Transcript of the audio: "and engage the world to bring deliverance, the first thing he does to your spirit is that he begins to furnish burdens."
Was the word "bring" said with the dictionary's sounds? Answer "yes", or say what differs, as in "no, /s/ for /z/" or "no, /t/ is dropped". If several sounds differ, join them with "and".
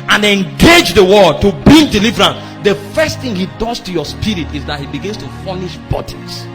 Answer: no, /ɹ/ is dropped